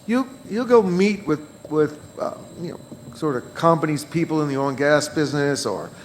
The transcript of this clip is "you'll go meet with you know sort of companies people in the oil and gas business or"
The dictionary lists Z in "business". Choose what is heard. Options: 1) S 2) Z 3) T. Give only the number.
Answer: 2